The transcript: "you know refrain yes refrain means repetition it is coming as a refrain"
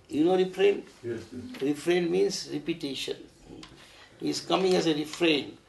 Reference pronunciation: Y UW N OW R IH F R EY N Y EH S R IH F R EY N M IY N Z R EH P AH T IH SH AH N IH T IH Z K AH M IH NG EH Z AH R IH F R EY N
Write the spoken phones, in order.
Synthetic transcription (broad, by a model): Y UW N OW R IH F R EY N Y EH R IH F R EY N M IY N S R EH P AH T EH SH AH N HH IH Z K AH M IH NG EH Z AH R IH F R EY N